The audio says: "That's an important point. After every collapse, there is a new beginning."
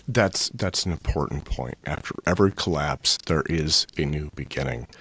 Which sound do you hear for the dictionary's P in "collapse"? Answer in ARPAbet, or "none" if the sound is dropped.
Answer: P